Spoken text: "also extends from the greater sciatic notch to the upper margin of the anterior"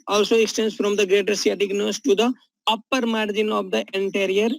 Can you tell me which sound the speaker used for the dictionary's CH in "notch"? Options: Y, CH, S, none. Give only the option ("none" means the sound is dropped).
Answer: S